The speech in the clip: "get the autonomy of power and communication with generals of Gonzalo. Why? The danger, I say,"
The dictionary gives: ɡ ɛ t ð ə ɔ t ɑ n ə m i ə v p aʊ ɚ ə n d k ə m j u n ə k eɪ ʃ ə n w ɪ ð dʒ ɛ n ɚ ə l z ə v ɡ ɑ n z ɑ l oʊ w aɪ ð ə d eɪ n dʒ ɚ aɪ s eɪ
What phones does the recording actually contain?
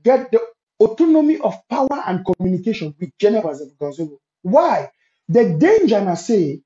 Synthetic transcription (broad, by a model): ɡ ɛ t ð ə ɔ t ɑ n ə m i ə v p aʊ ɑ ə n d k ə m j u n ə k eɪ ʃ ə n w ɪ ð dʒ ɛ n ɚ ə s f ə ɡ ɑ z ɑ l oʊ w aɪ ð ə d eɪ n dʒ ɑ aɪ s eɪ